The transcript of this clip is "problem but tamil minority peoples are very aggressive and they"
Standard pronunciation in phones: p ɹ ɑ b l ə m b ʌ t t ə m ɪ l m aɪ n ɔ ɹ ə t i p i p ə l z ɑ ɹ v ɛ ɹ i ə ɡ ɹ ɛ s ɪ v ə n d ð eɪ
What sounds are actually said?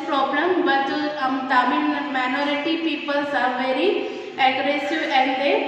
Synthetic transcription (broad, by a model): p ɹ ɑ b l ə m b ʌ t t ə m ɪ n m aɪ n ɔ ɹ ə t i p i p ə l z ɑ ɹ v ɛ ɹ i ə ɡ ɹ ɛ s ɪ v ə n d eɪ